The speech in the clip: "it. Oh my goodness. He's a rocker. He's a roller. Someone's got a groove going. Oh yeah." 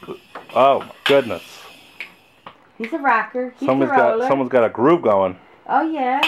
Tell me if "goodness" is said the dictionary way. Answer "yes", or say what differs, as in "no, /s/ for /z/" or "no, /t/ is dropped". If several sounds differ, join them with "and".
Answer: yes